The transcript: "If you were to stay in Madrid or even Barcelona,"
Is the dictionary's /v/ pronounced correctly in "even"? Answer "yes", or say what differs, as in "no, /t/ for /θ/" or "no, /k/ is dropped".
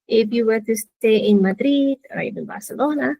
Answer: no, /b/ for /v/